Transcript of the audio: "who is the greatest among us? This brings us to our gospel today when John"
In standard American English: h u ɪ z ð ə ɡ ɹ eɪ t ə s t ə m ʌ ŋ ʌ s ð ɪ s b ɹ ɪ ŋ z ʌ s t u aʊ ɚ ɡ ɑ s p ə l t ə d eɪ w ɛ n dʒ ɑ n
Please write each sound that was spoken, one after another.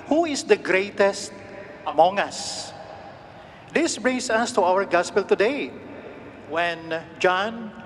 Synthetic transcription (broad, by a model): h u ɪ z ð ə ɡ ɹ eɪ t ə s t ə m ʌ ŋ ʌ s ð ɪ s b ɹ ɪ ŋ s ʌ s t u aʊ ɚ ɡ ɑ s p ə l t ə d eɪ w ɛ n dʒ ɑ n